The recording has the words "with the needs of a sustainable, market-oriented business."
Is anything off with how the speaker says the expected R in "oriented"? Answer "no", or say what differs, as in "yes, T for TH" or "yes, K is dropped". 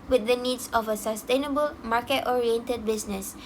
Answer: no